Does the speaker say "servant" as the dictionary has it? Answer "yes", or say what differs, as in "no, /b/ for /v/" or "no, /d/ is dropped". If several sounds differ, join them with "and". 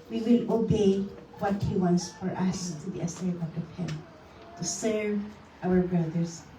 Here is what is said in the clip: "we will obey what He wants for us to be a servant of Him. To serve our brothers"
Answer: no, /n/ is dropped